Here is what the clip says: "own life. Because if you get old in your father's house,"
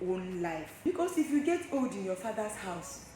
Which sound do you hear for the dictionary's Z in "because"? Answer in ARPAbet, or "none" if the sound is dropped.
S